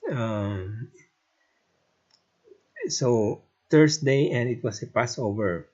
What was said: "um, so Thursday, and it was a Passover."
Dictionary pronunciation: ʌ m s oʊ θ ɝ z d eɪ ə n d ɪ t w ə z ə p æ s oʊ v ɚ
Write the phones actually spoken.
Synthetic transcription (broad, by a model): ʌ m s oʊ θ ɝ s d eɪ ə n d ɪ t w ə s ə p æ s oʊ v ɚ